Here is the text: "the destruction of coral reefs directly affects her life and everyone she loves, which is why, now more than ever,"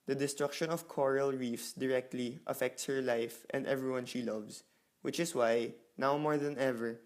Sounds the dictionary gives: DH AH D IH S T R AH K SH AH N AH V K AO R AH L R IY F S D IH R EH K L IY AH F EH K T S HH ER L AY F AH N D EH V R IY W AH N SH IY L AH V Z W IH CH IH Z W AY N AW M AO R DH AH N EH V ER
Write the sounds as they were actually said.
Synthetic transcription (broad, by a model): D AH D IH S T R AH K SH AH N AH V K AO R AH L R IY F S D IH R EH K L IY AH F EH K T S HH ER L AY F AH N D EH V R IY W AH N SH IY L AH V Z W IH CH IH S W AY N AW M AO R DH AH N EH V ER